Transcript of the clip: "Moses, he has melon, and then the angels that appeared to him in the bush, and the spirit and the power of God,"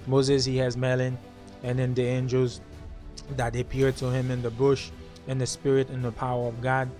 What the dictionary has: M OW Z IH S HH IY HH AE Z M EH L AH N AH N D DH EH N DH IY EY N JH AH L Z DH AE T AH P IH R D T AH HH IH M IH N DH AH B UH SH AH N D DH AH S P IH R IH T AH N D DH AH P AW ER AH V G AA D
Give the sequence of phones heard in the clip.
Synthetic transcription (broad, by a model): M OW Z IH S HH IY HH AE Z M EH L AH N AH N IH N DH IY EY N JH AH L Z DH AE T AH P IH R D T AH HH IH M IH N DH AH B UH SH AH N DH AH S P IH R IH T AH N DH AH P AW ER AH V G AA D